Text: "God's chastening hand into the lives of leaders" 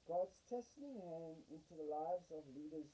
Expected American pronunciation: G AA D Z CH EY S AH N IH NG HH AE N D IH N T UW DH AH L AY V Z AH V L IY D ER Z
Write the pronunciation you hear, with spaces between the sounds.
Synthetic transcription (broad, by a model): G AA D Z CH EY S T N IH NG HH AE N D IH N T UW DH AH L AY V Z AH V L IY D ER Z